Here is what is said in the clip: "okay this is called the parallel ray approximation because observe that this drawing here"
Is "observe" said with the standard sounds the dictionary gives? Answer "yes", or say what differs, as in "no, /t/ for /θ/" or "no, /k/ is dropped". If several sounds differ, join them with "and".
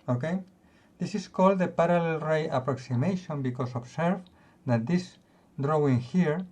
no, /s/ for /z/